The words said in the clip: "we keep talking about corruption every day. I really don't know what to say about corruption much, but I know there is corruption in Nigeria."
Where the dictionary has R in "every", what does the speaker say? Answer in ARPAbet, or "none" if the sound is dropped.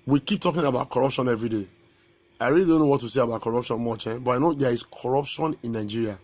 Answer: R